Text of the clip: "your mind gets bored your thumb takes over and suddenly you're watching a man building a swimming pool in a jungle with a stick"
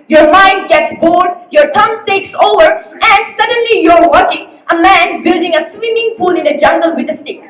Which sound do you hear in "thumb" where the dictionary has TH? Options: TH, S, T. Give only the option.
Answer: T